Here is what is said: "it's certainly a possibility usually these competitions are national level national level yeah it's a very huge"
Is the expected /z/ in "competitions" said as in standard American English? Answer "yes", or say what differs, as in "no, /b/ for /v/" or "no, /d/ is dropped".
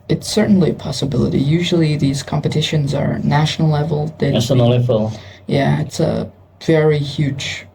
yes